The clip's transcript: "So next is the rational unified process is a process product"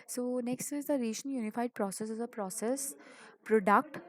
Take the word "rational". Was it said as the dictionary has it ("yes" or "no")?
no